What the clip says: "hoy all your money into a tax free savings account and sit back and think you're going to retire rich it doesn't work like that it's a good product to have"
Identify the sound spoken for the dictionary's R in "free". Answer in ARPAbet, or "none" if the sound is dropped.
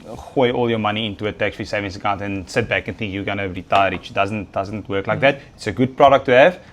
none